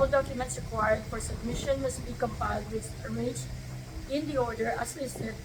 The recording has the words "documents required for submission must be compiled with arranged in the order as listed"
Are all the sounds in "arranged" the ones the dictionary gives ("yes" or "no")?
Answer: no